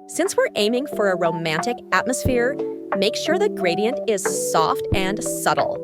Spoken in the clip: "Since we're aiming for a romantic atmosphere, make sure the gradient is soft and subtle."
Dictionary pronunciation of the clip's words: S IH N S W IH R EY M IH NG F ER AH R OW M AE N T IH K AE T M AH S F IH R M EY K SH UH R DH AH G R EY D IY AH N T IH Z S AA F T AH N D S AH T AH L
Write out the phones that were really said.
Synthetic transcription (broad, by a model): S IH N S W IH R EY M IH NG F ER AH R OW M AE N T IH K AE T M AH S F IH R M EY K SH UH R DH AH G R EY D IY AH N T IH Z S AA F T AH N S AH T L